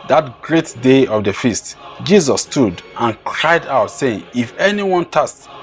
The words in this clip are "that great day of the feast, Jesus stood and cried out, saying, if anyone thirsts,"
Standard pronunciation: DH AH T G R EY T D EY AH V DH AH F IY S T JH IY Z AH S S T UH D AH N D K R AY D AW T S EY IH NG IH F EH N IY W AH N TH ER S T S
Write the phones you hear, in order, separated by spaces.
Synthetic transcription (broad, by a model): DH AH T G R EY T D EY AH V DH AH F IY S T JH IY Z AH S S T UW D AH N K R AY D AW T S EY IH NG IH F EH N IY W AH N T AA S S